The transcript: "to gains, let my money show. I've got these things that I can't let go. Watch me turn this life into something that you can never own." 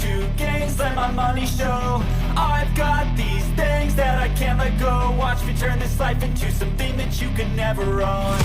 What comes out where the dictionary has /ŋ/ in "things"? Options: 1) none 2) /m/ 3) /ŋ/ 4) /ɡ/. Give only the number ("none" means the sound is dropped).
3